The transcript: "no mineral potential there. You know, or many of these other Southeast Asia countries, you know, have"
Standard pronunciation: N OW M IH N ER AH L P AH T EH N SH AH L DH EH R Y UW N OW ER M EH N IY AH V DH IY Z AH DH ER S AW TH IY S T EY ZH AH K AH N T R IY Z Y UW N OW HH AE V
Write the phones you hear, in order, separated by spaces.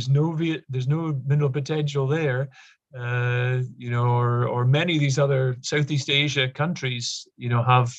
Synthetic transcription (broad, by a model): N OW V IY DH ER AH L P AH T EH N SH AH L DH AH R Y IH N OW ER M EH N IY AH V DH IY Z AH DH ER S AW TH IY S T EY ZH AH K AH N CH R IY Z Y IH N OW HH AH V